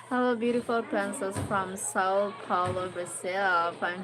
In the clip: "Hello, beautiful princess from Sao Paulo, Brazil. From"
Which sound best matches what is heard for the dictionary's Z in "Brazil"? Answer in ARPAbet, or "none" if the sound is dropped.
S